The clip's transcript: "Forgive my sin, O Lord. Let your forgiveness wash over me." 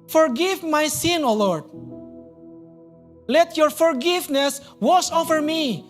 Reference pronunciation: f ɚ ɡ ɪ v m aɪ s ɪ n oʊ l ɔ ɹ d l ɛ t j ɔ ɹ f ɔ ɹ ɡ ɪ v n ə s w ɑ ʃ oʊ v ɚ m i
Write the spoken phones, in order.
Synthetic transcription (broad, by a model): f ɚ ɡ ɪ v m aɪ s ɪ n oʊ l ɔ ɹ d l ɛ t j ɔ ɹ f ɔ ɹ ɡ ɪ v n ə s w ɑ s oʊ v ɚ m i